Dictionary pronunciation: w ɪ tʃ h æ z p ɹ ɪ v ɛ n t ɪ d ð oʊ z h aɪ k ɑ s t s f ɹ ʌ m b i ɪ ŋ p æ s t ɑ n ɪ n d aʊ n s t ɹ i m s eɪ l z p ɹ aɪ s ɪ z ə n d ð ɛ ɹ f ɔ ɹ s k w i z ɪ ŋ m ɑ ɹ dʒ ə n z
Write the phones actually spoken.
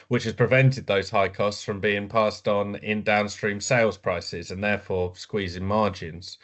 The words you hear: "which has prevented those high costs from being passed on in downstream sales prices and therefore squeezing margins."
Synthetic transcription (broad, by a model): w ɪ tʃ h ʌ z p ɹ ɪ v ɛ n t ɪ d ð oʊ z h aɪ k ɑ s t s f ɹ ʌ m b i ɪ ŋ p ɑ s t n ɪ n d aʊ n s t ɹ i m s eɪ l z p ɹ aɪ s ɪ z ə n ð ɛ f ɔ s k w i z ɪ ŋ m ɑ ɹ dʒ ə n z